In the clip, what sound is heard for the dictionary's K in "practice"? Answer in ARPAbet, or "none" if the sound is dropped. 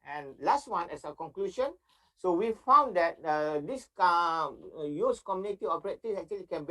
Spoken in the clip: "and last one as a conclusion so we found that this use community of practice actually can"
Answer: none